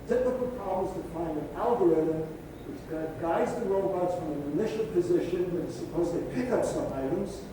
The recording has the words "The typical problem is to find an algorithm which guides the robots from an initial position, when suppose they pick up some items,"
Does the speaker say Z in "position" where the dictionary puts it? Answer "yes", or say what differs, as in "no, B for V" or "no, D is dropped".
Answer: yes